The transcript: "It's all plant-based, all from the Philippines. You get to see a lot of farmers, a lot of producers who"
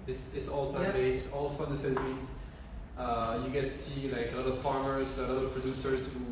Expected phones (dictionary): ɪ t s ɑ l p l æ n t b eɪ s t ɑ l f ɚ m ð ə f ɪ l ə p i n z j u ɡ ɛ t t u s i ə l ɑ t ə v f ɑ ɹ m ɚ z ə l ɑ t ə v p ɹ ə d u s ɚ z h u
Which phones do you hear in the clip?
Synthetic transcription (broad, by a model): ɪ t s ɑ l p ɑ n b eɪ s ɑ l f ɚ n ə f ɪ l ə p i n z j u ɡ ɛ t t u s i ə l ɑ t ə v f ɑ ɹ m ɚ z ə l ɑ t ə v p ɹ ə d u s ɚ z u